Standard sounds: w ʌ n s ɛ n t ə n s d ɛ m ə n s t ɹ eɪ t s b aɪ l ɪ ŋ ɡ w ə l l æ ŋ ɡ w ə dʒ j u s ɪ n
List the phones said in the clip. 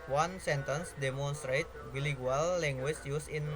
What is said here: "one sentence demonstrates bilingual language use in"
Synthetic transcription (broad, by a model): w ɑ n s ɛ n t ə n s d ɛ m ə n s t ɹ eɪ t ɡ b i l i ɡ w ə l l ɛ ŋ ɡ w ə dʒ j u s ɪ n